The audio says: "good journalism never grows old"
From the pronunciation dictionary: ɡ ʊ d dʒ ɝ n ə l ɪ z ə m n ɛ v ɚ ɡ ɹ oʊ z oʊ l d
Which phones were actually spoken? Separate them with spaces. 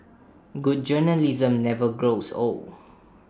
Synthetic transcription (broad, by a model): ɡ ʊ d dʒ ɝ n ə l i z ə m n ɛ v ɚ ɡ ɹ oʊ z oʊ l